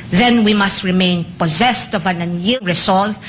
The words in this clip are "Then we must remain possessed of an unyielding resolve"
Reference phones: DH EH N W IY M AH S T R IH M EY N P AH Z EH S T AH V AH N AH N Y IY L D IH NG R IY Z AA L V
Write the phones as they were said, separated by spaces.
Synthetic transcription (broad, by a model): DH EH N W IY M AH S T R IH M EY N P AH Z EH S T AH V AH N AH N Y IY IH R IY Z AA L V